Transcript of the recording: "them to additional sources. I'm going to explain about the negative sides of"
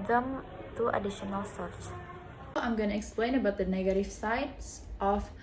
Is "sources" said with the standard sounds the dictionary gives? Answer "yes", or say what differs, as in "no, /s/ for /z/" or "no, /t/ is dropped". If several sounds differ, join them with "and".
no, /z/ is dropped